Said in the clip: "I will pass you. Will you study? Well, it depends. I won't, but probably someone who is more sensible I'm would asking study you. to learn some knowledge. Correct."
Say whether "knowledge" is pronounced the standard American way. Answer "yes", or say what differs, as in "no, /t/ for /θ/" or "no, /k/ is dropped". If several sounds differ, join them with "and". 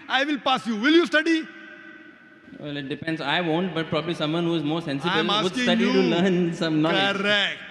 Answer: no, /l/ is dropped